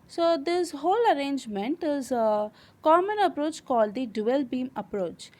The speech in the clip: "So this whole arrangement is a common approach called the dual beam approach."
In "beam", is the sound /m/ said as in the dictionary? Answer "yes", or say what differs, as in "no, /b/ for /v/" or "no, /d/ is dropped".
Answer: yes